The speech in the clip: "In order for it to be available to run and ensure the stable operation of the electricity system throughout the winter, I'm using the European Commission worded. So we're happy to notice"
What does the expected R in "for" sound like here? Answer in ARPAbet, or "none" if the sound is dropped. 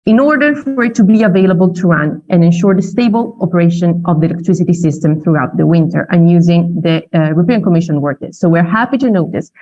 R